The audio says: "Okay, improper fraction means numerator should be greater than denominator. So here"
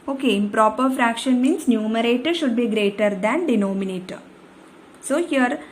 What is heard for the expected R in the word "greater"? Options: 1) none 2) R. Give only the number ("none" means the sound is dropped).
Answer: 2